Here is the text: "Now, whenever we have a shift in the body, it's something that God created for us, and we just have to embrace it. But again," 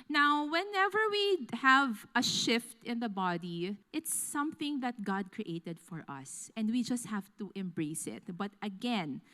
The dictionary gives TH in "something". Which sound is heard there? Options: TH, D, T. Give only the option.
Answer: TH